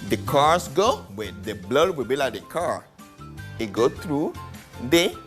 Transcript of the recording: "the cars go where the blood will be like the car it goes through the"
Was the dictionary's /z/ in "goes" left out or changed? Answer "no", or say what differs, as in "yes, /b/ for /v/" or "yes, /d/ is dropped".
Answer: yes, /z/ is dropped